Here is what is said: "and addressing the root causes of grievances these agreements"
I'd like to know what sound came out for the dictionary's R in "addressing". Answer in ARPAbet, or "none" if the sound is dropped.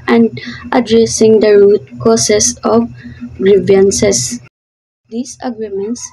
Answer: R